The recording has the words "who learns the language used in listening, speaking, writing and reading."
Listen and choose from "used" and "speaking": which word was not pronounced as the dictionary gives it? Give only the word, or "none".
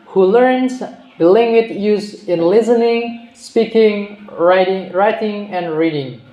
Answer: used